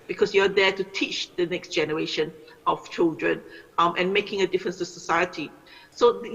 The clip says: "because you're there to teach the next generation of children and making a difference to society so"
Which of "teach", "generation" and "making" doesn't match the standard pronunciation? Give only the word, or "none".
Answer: none